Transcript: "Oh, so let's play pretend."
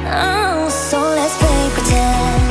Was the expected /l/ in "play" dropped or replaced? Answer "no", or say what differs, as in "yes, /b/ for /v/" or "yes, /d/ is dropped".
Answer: yes, /l/ is dropped